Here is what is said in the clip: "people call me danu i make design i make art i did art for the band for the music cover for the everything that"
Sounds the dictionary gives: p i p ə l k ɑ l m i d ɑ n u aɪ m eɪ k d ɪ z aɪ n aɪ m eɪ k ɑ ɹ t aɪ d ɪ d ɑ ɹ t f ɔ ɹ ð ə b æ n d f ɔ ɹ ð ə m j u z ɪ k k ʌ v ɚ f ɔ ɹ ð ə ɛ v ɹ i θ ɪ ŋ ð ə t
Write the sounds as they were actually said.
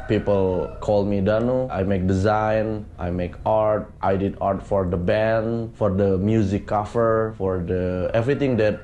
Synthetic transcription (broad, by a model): p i p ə l k ɑ l m i d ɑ n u aɪ m eɪ k d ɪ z aɪ n aɪ m eɪ k ɑ ɹ t aɪ d ɪ d ɑ ɹ t f ɔ ɹ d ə b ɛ n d f ɔ ɹ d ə m j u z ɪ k k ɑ f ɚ f ɔ ɹ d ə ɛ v ɹ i t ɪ ŋ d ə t